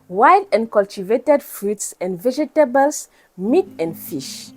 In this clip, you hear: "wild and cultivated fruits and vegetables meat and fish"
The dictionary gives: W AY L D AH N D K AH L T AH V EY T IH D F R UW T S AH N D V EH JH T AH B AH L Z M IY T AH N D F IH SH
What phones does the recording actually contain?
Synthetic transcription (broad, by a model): W AY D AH N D K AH L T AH V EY T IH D F R UW T S AH N D V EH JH T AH B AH L S M IY T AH N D F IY SH